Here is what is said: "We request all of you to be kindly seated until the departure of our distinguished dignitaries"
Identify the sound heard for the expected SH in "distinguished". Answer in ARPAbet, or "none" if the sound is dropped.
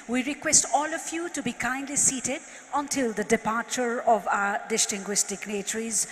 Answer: S